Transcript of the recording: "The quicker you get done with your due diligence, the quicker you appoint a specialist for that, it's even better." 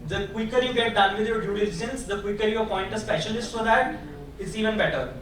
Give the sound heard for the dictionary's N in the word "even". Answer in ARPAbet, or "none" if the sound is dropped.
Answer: N